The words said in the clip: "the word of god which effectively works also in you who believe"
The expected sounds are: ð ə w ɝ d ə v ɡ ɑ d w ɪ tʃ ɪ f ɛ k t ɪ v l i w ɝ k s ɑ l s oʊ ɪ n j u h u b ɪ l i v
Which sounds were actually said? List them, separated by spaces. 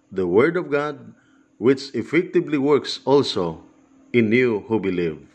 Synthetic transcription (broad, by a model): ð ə w ɝ d ə v ɡ ɑ d w ɪ tʃ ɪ f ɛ k t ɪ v l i w ɝ k s ɑ l s oʊ ɪ n j u h u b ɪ l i v